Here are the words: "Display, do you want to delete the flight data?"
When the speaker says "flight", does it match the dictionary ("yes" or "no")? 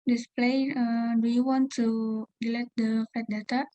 no